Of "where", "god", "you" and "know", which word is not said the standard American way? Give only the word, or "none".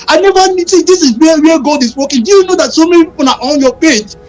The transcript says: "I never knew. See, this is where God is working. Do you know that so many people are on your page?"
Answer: where